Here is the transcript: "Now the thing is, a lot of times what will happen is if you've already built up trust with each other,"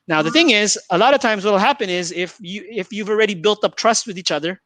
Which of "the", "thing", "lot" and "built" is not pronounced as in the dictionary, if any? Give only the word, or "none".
none